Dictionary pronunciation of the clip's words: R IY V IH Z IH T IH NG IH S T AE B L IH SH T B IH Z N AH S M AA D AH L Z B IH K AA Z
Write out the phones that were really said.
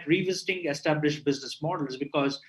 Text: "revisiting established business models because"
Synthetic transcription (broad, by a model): R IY V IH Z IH T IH NG IH S T AE B L IH SH T B IH Z N AH S M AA D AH L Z B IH K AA Z